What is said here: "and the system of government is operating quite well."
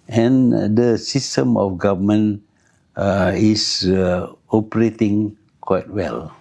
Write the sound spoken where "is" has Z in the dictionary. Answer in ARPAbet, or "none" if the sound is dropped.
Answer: S